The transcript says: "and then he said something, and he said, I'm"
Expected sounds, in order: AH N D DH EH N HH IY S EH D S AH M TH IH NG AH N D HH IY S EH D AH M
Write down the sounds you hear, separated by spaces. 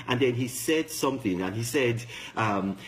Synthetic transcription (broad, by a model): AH N DH EH N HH IY S EH D S AH M TH IH NG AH N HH IY S EH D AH M